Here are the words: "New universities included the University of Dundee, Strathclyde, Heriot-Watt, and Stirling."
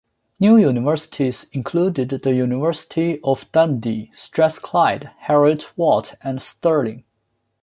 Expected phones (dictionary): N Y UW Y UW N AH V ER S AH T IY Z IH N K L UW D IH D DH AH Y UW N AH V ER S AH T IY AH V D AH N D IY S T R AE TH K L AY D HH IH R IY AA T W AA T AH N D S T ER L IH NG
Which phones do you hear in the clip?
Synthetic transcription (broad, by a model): N Y UW Y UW N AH V ER S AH T IY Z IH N K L UW D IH D DH AH Y UW N AH V ER S AH T IY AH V D AH N D IY S T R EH S K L AY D HH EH R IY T W AA T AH N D S T ER L IH NG